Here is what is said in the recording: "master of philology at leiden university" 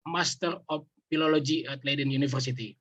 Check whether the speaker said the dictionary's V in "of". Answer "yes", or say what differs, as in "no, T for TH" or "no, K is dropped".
no, P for V